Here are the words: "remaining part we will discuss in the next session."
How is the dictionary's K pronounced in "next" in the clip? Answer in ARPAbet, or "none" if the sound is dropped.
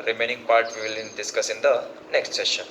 K